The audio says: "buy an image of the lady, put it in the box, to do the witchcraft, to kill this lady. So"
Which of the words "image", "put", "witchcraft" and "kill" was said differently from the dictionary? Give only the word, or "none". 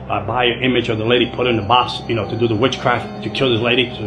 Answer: none